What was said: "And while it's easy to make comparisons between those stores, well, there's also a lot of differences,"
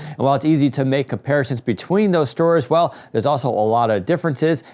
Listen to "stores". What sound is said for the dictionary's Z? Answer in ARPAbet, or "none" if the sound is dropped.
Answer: Z